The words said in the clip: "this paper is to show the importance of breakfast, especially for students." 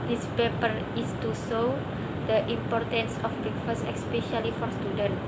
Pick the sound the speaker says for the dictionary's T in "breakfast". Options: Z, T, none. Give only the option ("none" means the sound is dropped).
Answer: none